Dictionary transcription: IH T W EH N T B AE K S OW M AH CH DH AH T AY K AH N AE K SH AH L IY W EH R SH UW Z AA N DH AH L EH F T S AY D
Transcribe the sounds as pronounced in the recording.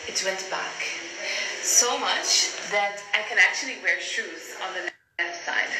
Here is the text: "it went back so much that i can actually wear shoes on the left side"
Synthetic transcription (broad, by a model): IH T W EH N T B AE K S OW M AH CH DH AH T AY K AH N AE K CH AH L IY W EH R SH UW Z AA N DH AH N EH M S AY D